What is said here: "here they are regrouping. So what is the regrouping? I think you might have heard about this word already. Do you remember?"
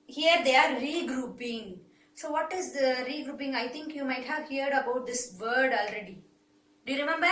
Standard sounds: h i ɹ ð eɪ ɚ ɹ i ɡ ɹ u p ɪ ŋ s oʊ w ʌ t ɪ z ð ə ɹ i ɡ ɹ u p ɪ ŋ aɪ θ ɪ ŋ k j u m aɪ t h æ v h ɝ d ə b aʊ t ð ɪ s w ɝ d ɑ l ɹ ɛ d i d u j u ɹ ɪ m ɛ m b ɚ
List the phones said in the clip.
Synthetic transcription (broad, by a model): h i ɹ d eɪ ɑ ɹ i ɡ ɹ u p ɪ ŋ s oʊ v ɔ t ɪ z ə ɹ i ɡ ɹ u p ɪ ŋ aɪ t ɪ ŋ k j u m aɪ t h æ v h ɝ d ə b aʊ t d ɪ s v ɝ d ɑ l ɹ ɛ d i d u j u ɹ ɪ m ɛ m b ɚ